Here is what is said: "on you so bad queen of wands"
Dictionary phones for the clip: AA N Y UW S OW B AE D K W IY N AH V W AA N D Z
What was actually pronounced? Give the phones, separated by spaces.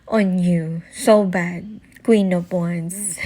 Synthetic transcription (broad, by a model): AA N Y UW S OW B AE D K W IY N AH P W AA N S